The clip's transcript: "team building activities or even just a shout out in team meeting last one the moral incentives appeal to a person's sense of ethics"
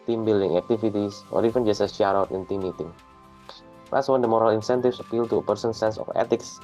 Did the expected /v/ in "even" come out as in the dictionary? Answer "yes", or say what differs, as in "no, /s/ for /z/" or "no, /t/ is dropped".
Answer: no, /f/ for /v/